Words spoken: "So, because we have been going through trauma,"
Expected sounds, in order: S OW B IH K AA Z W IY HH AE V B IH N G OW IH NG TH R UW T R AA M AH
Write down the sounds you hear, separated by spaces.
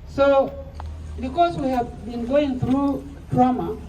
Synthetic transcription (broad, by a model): S OW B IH K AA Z W IY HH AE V B IH N G OW IH NG TH R UW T R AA M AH